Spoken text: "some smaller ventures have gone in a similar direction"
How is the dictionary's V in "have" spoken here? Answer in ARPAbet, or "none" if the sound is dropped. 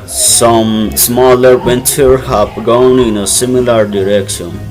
B